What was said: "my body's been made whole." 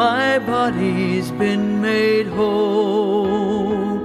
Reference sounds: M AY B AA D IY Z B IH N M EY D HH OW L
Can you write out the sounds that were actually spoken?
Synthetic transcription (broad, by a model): AY B AA D IY Z B IH N M EY D HH OW L